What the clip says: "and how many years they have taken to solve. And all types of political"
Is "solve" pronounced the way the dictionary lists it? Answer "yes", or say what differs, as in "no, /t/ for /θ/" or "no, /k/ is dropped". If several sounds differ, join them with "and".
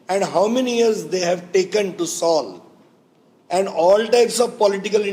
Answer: no, /v/ is dropped